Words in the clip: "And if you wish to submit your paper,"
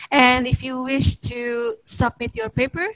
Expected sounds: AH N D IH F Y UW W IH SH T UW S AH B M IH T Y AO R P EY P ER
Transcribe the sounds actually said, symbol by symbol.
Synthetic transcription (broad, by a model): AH N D IH F Y UW W IH SH T UW S AH B M IH T Y AO R P EY P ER